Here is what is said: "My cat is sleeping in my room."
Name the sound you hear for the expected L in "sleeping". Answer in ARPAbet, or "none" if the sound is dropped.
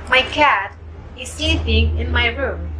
none